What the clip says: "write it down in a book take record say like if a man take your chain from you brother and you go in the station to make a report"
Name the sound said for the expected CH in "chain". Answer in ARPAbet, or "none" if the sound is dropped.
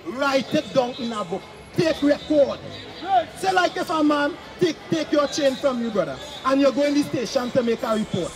CH